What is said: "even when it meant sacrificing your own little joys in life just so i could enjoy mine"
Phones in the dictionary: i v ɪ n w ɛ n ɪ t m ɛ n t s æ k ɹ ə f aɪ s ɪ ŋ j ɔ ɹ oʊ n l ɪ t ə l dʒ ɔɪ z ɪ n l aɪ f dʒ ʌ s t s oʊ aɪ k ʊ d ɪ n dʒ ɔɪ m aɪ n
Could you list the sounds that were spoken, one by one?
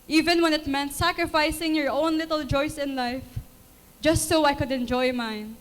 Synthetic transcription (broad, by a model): i v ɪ n w ɛ n ɪ t m ɛ n t s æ k ɹ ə f aɪ s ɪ ŋ j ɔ ɹ oʊ n l ɪ t ə l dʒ ɔɪ s ɪ n l aɪ f dʒ ʌ s t s oʊ aɪ k ʊ d ɪ n dʒ ɔɪ m aɪ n